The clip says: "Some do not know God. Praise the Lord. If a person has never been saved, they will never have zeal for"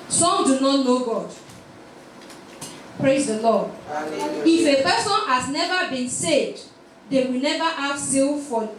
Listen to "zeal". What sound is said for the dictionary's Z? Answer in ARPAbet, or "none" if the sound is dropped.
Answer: S